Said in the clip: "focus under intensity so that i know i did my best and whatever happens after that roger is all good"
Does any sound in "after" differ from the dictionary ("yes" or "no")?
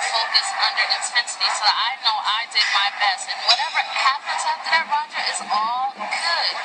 yes